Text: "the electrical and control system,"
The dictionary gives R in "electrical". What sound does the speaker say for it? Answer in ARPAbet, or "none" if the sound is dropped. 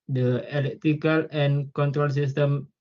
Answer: none